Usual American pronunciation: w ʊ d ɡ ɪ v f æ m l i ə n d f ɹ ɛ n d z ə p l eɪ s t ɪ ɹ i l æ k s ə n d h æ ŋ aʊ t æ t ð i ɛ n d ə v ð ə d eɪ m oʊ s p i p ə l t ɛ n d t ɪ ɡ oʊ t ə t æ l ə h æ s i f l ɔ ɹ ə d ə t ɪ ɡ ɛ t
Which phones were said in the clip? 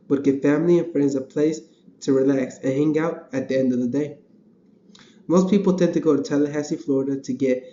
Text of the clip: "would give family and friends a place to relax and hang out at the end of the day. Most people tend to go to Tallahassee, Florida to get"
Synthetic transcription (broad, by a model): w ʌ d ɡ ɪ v f æ m l i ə n f ɹ ɛ n d z ə p l eɪ s t ɪ ɹ i l æ k s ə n h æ ŋ aʊ t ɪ t ð i ɛ n d ə v ð ə d eɪ m oʊ s p i p l t ɛ n t ɪ ɡ oʊ t ə t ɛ l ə h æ s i f l ɔ ɹ ə d ə t ɪ ɡ ɛ t